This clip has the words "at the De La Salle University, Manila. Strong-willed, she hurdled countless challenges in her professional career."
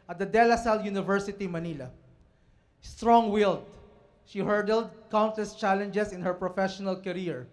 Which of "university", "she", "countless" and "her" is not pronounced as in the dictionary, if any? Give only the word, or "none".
countless